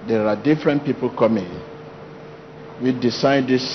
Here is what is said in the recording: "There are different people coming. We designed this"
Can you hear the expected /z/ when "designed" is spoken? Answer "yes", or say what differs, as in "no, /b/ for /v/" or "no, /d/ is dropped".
no, /s/ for /z/